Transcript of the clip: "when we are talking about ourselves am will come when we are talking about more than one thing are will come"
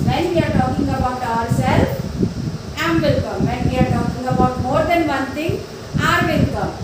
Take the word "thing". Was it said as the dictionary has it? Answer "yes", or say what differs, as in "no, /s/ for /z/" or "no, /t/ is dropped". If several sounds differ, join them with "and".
no, /t/ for /θ/